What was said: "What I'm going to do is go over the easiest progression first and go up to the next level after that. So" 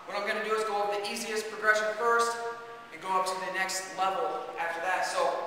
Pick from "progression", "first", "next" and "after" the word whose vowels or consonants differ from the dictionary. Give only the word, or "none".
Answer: none